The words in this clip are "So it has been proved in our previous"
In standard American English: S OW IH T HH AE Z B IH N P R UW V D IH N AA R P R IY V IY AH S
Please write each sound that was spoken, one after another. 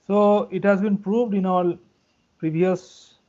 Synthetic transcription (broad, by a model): S OW IH T HH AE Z B IH N P R UW V D IH N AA L P R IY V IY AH S